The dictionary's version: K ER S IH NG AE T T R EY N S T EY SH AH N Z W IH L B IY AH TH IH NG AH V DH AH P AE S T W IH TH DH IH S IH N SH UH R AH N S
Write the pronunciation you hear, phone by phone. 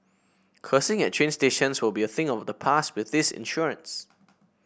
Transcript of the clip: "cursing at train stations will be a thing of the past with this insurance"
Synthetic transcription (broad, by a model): K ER S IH NG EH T T R EY N S T EY SH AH N S W IH L B IY AH TH IH NG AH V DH AH P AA S T W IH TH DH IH S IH N SH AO R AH N S